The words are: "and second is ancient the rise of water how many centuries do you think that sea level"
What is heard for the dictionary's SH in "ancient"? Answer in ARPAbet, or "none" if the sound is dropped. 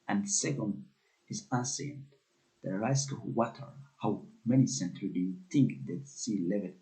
S